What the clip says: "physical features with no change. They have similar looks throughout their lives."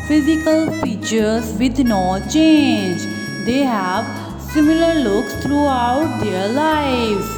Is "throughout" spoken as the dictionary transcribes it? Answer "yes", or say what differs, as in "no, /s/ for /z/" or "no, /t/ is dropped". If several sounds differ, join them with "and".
no, /t/ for /θ/